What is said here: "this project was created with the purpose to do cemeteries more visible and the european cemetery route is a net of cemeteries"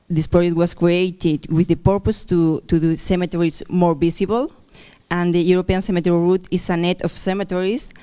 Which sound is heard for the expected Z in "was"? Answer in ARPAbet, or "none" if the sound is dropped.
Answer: S